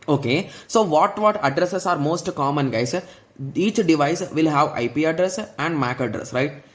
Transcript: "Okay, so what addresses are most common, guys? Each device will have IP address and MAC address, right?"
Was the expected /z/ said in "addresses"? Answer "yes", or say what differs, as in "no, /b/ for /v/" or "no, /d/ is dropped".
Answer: no, /s/ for /z/